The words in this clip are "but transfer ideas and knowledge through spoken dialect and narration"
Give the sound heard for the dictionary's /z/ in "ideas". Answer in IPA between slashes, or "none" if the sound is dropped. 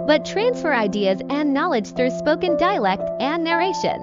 /z/